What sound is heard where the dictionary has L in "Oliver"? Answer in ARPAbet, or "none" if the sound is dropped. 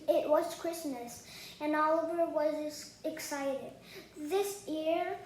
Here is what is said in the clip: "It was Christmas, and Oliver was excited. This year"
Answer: L